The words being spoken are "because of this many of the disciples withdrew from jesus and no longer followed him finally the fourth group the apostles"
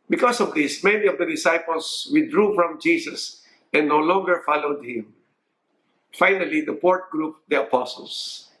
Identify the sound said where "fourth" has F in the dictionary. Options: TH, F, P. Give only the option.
P